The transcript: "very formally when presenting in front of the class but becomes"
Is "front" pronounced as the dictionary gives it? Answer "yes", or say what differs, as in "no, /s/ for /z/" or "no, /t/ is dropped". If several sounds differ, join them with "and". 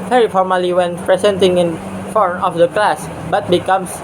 no, /ɹ/ is dropped